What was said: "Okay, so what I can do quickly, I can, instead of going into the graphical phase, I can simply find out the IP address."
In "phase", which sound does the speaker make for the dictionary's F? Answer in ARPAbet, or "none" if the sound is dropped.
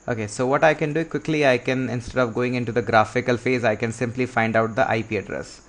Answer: F